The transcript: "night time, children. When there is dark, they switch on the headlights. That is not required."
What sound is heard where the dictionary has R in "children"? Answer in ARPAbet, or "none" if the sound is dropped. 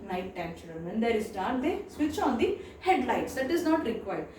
none